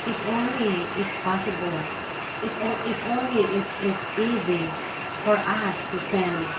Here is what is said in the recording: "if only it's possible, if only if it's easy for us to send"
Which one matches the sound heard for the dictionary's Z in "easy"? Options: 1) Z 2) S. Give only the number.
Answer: 1